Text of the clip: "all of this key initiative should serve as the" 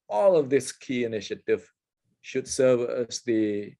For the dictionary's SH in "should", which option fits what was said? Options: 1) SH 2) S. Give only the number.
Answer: 1